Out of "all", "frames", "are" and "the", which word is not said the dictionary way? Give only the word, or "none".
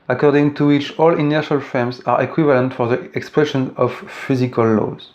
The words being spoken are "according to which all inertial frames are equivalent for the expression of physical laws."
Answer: frames